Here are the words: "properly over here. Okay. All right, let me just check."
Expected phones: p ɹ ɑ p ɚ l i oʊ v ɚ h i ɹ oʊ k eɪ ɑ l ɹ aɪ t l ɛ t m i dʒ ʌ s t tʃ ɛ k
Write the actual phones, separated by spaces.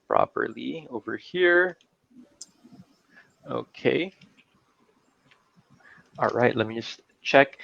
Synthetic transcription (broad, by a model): p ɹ ɑ p ɚ l i oʊ v ɚ h i ɹ oʊ k eɪ ɑ l ɹ aɪ t l ɛ t m i dʒ ʌ s t tʃ ɛ k